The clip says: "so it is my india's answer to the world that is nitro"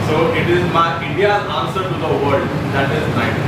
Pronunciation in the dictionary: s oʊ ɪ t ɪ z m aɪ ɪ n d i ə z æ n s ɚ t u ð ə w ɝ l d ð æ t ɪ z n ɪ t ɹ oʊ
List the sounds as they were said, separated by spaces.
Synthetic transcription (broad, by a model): s oʊ ɪ t ɪ z m aɪ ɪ n d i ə ɑ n s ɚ t u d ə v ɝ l d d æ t ɪ z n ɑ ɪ